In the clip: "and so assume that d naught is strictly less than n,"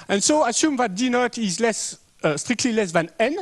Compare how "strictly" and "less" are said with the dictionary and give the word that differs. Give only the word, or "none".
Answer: none